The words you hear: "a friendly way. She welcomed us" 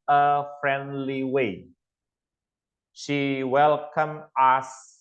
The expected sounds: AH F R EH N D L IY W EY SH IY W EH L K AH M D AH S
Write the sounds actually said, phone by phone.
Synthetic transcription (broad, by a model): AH F R EH N D L IY W EY SH IY W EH L K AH M AH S